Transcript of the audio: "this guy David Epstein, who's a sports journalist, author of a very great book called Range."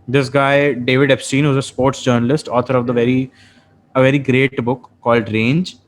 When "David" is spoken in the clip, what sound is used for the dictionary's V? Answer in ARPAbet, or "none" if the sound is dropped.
V